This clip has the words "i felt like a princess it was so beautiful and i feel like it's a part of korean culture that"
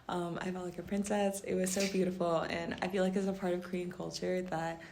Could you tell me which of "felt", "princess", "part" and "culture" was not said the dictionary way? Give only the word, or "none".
felt